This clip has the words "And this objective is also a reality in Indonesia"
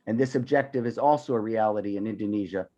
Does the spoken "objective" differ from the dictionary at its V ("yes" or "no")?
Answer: no